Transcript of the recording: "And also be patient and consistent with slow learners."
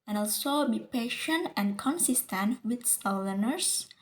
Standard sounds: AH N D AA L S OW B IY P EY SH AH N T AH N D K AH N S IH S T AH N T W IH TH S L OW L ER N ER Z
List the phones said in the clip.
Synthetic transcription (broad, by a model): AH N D AA L S OW B IY P EY SH AH N T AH N K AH N S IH S T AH N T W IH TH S OW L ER N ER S